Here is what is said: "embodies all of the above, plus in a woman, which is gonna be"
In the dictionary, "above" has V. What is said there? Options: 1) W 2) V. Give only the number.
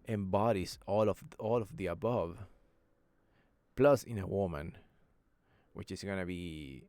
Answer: 2